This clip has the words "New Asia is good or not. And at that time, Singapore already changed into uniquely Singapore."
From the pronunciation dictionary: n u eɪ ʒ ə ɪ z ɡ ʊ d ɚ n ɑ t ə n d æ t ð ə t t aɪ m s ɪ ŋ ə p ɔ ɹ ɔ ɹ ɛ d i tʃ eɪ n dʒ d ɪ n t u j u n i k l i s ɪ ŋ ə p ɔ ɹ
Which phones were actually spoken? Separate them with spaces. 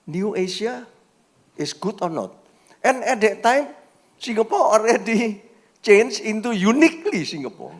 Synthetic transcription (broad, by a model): n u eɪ s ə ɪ s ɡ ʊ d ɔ n ɑ t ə n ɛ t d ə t t aɪ m s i ŋ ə p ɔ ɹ ɔ ɹ ɛ d i tʃ eɪ n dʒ ɪ n t u j u n i k l i s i ŋ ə p ɔ ɹ